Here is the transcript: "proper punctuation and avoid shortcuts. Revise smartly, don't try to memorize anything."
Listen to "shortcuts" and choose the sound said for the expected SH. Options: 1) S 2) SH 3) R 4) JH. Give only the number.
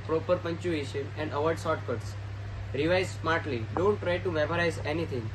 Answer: 1